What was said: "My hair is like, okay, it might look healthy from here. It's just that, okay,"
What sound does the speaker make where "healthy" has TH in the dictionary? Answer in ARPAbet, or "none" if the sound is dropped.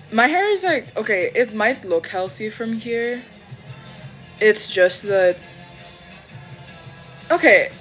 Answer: TH